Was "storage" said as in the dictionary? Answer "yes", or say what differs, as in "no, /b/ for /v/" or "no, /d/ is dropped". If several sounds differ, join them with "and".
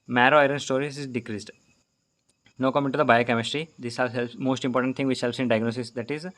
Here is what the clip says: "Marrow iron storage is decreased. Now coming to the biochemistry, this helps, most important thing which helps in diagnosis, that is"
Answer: no, /z/ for /dʒ/